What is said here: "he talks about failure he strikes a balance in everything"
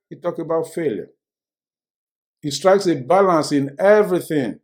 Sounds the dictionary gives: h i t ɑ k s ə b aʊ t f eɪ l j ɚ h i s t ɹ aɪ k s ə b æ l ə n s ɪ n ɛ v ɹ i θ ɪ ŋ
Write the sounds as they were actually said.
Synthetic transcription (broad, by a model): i t ɑ k ə b aʊ t f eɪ l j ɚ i s t ɹ aɪ k s ə b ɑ l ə n s ɪ n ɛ v ɹ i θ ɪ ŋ